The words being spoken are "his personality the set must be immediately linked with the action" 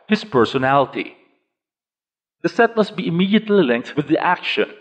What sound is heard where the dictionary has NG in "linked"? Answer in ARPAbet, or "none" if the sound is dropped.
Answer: NG